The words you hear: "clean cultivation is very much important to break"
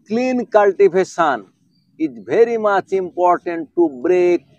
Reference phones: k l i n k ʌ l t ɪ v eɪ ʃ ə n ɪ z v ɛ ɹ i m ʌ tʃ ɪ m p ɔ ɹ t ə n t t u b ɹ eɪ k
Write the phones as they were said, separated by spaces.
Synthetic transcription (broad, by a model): k l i n k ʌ l t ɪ f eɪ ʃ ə n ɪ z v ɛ ɹ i m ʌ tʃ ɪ m p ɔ ɹ t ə n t t u b ɹ eɪ k